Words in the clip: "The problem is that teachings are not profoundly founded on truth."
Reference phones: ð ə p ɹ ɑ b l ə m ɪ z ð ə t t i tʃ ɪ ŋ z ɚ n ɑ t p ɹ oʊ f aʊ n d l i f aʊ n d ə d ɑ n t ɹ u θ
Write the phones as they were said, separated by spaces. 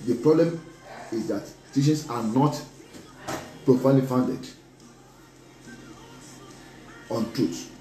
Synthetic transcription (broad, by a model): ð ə p ɹ ɑ b l ə m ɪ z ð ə t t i ʃ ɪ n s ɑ n ɑ t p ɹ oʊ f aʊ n l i f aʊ n d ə d ɑ n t ɹ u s